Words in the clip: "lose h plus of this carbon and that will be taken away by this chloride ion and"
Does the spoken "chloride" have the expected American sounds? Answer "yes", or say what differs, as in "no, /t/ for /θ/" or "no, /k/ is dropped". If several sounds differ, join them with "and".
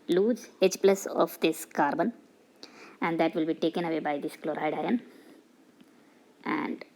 yes